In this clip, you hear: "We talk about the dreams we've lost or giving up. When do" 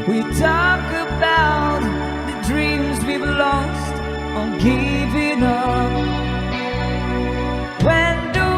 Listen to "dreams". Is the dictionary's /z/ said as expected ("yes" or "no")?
yes